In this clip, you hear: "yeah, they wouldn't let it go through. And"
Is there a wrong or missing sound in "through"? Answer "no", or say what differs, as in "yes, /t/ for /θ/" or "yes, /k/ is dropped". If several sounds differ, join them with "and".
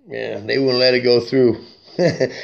no